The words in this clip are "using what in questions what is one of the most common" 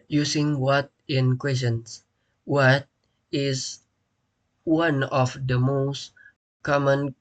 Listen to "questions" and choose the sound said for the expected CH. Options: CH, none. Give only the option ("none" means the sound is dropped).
none